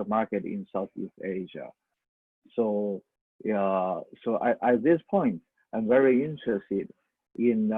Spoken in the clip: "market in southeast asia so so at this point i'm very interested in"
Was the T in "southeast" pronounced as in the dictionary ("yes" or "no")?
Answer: yes